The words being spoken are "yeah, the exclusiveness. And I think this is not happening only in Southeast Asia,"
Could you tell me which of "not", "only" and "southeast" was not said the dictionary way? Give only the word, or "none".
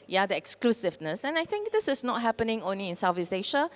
southeast